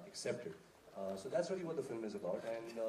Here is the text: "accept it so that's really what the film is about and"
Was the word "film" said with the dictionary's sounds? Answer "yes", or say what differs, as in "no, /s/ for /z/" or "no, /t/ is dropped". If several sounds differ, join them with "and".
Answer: yes